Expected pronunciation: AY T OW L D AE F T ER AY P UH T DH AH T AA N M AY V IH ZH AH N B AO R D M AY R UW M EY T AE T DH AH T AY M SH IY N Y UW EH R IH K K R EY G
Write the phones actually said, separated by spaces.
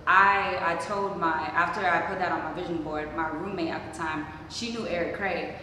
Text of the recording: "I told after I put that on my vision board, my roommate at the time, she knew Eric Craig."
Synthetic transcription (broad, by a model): AY T OW L D AE F T ER AY P UH T DH AH T N M AY V IH ZH AH N B AO R D M AY R UW M EY T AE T DH AH T AY M SH IY N Y UW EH R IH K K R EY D